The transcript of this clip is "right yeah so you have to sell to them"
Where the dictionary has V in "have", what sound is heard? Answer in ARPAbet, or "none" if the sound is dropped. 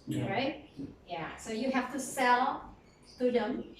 F